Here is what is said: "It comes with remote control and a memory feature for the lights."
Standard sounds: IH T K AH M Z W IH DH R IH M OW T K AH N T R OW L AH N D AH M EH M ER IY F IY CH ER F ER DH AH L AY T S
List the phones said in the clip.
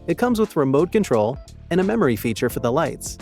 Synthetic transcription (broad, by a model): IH T K AH M Z W IH DH R IH M OW T K AH N T R OW L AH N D AH M EH M ER IY F IY CH ER F ER DH AH L AY T S